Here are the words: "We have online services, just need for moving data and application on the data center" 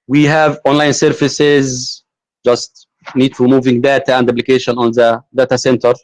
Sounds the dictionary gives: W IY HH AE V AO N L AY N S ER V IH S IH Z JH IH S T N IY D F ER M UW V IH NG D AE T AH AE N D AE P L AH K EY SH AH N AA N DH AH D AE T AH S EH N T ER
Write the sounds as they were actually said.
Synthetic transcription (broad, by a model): W IY HH AE V AO N L AY N S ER F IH S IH Z JH IH S T N IY D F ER M UW V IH NG D AE T AH AE N D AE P L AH K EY SH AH N AA N DH AH D AE T AH S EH N T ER